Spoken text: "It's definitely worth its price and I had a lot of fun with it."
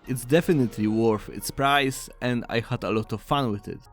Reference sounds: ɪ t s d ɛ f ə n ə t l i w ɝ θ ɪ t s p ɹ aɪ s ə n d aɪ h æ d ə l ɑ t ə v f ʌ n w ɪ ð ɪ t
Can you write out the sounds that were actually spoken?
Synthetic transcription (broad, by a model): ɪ t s d ɛ f ə n ə t l i w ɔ f ɪ t s p ɹ aɪ s ə n d aɪ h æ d ə l ɑ t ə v f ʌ n w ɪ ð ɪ t